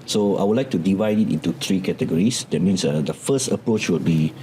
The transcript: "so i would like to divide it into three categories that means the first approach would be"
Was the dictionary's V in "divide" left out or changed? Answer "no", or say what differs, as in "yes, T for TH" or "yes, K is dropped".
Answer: no